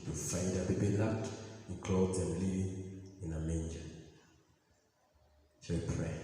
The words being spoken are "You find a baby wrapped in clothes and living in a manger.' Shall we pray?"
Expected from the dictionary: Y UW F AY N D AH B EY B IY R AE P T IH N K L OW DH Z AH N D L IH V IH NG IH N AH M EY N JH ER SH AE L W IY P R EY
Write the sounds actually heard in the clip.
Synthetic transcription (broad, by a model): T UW F AY N D AH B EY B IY L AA T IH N K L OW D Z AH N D L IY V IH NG IH N AH M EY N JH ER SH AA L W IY P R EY